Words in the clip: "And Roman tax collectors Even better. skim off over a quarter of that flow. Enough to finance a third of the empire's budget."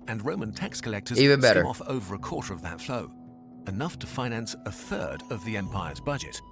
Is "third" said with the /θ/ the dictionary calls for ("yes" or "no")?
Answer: yes